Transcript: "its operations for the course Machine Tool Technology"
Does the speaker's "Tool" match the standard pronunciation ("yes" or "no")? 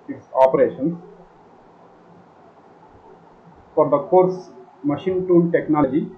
no